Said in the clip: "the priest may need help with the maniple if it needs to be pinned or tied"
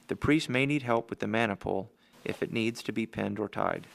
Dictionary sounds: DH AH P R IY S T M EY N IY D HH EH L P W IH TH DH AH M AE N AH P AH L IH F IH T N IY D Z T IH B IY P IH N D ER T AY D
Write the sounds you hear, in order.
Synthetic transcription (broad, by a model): DH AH P R IY S T M EY N IY D HH EH L P W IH DH AH M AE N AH P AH L IH F IH T N IY D Z T IH B IY P IH N D ER T AY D